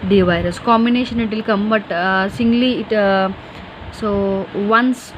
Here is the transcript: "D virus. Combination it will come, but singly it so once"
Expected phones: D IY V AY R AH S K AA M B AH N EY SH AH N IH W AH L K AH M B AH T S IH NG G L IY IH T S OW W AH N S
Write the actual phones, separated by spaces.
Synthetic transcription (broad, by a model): D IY V AY R AH S K AA M B AH N EY SH AH N IH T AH L K AH M B AH T S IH NG G L IY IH T S OW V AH N S